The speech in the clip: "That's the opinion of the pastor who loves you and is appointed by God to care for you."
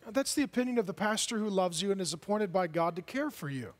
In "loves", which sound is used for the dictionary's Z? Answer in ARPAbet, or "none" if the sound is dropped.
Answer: Z